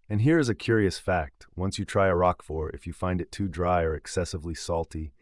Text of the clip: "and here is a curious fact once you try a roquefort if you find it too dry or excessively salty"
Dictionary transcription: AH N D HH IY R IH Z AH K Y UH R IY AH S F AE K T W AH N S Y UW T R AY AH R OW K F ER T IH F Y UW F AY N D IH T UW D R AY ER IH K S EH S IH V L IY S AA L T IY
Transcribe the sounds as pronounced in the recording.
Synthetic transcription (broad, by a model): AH N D HH IY R IH Z AH K Y UH R IY AH S F AE K T W AH N S Y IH T R AY AH R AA K F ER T IH F Y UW F AY N D IH T UW D R AY ER IH K S EH S IH V L IY S AA L T IY